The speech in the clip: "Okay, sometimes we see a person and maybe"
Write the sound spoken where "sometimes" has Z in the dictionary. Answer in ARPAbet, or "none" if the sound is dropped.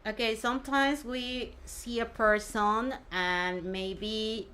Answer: Z